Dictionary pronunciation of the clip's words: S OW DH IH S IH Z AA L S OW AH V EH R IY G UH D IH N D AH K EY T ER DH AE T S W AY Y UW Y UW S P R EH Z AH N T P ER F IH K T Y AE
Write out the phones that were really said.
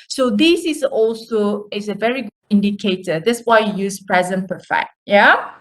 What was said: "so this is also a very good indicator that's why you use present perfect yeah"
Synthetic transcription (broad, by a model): S OW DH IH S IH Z AA L S OW AH V EH R IY G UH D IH N D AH K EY T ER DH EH T S W AY Y UW Y UW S P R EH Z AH N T P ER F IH T Y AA